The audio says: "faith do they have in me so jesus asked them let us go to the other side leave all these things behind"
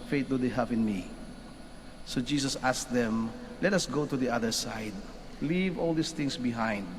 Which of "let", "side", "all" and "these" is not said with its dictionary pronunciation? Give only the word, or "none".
these